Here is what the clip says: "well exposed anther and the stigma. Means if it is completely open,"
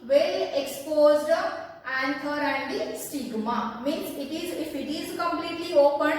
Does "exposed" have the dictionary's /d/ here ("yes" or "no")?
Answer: yes